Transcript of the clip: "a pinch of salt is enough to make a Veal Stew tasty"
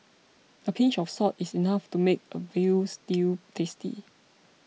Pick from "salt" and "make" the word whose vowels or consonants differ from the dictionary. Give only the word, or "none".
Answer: salt